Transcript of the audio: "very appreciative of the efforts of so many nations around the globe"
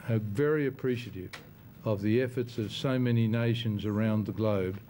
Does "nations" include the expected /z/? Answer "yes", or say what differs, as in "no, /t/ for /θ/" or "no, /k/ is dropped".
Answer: yes